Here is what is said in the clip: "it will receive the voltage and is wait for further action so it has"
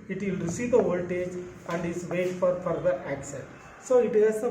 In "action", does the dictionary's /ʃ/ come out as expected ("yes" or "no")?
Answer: no